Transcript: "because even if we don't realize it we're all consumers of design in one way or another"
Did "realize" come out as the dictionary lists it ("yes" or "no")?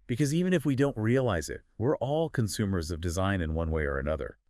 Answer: yes